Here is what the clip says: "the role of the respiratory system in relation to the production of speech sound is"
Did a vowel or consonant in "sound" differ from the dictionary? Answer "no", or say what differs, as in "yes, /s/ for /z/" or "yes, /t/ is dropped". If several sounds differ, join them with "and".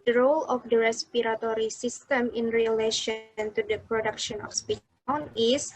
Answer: yes, /d/ is dropped